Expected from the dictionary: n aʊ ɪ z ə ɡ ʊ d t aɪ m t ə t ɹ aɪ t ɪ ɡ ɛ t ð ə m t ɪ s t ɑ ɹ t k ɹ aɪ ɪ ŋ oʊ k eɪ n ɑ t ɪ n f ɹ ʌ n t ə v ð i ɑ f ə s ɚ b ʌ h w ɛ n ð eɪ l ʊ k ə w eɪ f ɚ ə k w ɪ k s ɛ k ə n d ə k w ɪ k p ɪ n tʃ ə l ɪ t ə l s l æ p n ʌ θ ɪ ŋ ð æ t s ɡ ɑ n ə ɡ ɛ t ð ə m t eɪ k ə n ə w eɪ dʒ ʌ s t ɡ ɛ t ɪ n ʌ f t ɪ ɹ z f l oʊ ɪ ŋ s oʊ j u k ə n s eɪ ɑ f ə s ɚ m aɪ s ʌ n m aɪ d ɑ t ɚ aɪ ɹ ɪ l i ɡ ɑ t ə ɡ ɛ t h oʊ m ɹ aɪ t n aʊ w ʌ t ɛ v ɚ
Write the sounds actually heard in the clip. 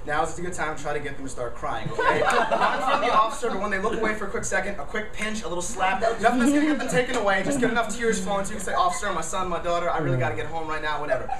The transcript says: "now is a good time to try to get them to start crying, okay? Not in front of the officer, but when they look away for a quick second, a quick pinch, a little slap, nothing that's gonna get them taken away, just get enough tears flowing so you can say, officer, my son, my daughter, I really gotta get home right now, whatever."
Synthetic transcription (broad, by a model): n aʊ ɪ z ə ɡ ʊ d t aɪ m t t ɹ aɪ t ɪ ɡ ɛ t ð ə m t ɪ s t ɑ ɹ t k ɹ aɪ ɪ ŋ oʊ eɪ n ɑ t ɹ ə ð i ɑ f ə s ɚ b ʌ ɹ w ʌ n ð eɪ l ʊ k ə w eɪ f ɚ ə k w ɪ k s ɛ k ə n d ə k w ɪ k p ɪ n tʃ ə l ɪ t l s l æ p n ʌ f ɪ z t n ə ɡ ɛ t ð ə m t eɪ k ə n ə w eɪ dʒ ʌ s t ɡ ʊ t ɪ n ʌ f t ɪ ɹ z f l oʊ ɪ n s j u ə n s eɪ ɑ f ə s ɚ m aɪ s ʌ n m aɪ d ɑ t ɚ aɪ ɹ ɪ l i ɡ ɑ t ə ɡ ɛ t h oʊ m ɹ aɪ t n aʊ w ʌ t ɛ v ɚ